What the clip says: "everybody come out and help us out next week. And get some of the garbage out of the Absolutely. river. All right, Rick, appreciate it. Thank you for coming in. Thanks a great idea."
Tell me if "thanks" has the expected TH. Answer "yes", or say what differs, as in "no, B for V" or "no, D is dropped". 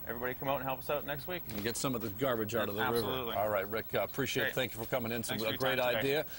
no, S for TH